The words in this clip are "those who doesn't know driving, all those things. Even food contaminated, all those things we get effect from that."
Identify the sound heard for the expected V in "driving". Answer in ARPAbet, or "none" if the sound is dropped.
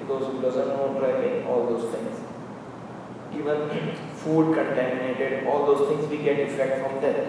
P